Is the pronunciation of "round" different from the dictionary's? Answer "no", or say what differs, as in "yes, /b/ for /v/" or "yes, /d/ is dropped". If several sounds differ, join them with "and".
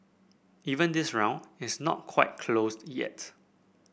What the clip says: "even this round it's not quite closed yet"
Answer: yes, /d/ is dropped